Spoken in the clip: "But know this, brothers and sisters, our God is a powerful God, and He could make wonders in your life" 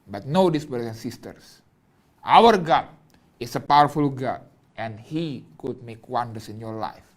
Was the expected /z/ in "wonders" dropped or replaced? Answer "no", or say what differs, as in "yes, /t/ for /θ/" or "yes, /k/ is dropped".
yes, /s/ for /z/